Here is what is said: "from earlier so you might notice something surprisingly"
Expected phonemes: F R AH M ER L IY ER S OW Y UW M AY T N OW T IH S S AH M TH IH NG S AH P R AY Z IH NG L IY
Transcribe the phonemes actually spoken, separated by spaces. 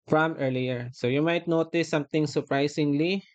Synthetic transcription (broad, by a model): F R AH M ER L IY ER S OW Y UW M AY T N OW T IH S S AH M T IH NG S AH P R AY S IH NG L IY